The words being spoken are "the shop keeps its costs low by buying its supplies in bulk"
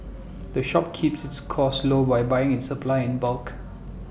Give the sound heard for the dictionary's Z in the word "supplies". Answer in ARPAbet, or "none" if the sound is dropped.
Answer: none